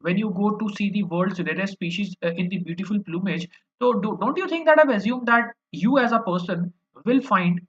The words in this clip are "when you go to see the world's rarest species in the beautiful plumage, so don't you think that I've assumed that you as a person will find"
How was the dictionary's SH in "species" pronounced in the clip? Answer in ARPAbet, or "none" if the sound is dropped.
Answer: SH